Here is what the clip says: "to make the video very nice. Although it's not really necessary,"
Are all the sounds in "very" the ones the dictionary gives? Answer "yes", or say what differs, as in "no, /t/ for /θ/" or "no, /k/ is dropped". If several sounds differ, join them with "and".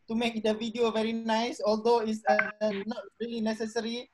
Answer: yes